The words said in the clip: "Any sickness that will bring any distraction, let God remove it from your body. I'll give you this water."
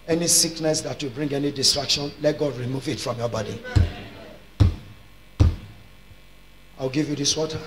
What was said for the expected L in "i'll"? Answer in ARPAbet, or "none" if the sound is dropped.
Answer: W